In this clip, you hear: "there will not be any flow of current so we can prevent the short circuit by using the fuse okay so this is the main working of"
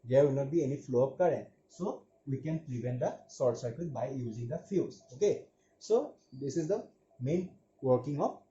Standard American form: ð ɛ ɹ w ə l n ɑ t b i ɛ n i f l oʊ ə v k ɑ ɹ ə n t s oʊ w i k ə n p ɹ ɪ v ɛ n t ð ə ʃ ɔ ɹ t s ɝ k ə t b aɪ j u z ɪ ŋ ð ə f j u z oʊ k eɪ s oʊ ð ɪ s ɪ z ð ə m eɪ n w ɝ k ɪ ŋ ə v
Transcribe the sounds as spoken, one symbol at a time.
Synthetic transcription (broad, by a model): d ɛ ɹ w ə n ɑ t b i ɛ n i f l oʊ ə p k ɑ ɹ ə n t s oʊ w i k ə n p ɹ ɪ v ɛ n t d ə s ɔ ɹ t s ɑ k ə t b aɪ j u z ɪ ŋ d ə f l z oʊ k eɪ s oʊ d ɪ s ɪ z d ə m eɪ n w ɝ k ɪ ŋ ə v